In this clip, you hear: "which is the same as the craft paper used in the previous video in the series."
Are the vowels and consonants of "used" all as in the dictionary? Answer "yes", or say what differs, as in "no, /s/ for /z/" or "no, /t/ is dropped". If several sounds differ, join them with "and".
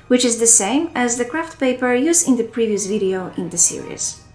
no, /d/ is dropped